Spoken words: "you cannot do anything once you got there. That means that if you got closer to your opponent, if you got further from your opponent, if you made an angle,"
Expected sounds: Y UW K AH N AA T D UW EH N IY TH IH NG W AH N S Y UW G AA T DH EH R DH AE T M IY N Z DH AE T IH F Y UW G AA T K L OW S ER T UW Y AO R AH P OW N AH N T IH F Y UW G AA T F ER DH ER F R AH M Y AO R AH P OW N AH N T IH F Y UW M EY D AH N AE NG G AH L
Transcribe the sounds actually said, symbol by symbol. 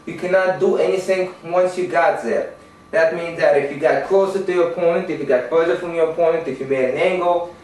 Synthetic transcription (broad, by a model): Y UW K AH N AA T D UW EH N IY TH IH NG W AH N S Y UW G AA T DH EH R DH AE T M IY N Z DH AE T IH F Y UW G AA T K L OW S ER T UW Y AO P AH IH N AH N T IH F Y UW G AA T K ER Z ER F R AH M Y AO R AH P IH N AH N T IH F Y UW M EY AH N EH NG G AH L